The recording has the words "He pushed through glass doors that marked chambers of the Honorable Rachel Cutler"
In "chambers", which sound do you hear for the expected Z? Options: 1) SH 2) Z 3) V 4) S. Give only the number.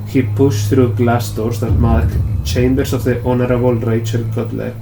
4